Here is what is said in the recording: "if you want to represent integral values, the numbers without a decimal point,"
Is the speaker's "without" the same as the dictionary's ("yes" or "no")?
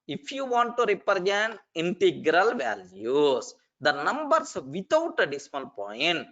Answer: no